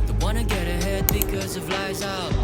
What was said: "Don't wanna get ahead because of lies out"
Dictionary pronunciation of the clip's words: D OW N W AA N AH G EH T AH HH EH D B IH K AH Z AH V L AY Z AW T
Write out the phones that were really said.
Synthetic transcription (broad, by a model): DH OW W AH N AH G EH T AH HH EH D B IH K AH Z AH V L AY Z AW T